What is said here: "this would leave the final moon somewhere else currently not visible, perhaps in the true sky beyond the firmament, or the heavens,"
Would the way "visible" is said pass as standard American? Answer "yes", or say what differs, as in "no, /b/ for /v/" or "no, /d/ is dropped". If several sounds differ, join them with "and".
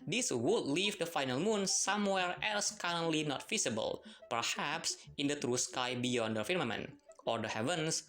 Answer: no, /f/ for /v/